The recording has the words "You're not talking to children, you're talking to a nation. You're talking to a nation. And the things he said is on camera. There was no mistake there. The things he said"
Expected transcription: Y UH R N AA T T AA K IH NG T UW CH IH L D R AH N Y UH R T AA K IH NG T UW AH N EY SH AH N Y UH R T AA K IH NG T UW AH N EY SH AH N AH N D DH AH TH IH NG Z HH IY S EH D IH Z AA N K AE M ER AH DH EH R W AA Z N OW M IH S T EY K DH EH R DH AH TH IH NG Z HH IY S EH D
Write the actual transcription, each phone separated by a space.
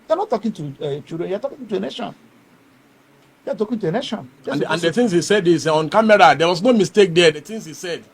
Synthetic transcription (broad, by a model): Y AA N AA T T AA K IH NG T UW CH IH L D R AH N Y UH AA T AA K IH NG T UW AH N EY SH AH N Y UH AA T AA K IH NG T UW AH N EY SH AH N AH N D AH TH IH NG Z HH IY S EH D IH S AA N K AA M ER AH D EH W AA S N OW M IH S T EY K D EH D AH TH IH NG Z HH IY S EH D